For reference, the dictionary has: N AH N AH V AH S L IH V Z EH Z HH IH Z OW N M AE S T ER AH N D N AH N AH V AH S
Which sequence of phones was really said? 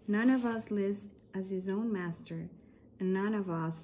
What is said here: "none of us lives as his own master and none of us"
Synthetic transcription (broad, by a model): N AH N AH V AH S L IH V Z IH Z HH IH Z OW N M AE S T ER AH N N AH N AH V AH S